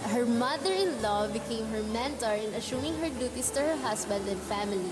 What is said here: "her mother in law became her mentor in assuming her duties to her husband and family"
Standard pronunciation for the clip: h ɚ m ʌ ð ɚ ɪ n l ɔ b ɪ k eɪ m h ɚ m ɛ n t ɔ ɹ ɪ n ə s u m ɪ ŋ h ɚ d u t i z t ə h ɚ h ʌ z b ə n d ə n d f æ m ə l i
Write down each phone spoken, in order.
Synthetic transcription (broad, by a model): h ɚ m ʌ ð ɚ ɪ n l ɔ b ɪ k eɪ m h ɚ m ɛ n t ɔ ɹ ɪ n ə ʃ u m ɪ ŋ h ɚ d u t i s t ə h ɚ h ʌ s b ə n d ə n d f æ m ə l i